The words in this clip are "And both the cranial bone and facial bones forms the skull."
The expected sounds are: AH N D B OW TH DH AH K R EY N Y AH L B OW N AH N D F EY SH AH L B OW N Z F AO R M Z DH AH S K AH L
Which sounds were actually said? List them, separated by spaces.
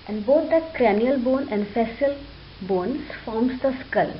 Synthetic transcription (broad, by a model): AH N D B OW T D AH K R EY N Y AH L B OW N AH N D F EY S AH L B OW N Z F AO R M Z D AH S K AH L